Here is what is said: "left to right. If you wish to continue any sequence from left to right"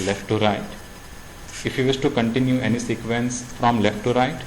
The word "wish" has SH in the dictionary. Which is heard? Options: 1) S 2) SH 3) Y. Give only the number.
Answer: 1